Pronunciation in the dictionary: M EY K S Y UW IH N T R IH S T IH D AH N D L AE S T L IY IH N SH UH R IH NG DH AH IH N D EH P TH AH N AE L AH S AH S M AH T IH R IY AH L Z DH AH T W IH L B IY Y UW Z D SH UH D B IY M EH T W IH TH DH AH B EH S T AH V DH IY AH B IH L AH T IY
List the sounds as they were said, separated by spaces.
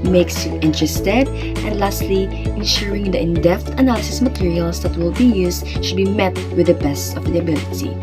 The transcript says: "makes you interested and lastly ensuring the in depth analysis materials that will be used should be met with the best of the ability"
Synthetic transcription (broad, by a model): M EY K S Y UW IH N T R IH S T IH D AH N D L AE S T L IY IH N SH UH R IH NG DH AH IH N D EH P T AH N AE L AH S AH S M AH T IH R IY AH L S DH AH T W IH L B IY Y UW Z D SH UH D B IY M EH T W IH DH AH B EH S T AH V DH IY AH B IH L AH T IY